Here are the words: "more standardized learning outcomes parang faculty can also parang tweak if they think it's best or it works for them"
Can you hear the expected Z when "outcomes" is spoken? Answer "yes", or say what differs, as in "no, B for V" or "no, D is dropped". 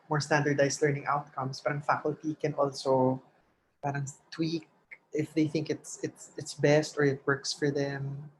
no, S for Z